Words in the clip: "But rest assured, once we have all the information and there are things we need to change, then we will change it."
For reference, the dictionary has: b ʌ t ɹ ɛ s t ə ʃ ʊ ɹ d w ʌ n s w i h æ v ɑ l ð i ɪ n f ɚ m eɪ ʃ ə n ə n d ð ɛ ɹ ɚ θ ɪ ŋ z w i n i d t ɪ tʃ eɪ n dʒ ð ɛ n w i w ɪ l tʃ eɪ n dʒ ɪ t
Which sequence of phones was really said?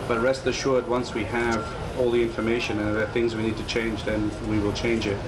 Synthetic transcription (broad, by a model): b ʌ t ɹ ɛ s t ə ʃ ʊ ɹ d w ʌ n s w i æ v ɑ l ð i ɪ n f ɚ m eɪ ʃ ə n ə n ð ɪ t θ ɪ ŋ z w i n i d t ɪ tʃ eɪ n dʒ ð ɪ n w i w ɪ l tʃ eɪ n dʒ ɪ t